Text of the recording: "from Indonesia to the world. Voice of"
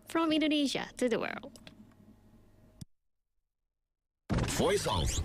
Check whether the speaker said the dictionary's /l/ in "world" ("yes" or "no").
yes